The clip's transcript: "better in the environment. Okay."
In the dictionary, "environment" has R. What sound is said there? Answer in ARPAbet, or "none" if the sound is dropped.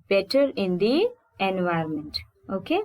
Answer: none